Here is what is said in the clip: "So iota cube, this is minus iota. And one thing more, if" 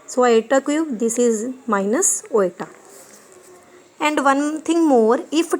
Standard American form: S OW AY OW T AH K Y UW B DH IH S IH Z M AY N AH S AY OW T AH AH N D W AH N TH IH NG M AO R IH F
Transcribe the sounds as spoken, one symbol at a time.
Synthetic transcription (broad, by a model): S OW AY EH T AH K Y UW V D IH S IH Z M AY N AH S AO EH T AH AH N D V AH N T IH NG M AO R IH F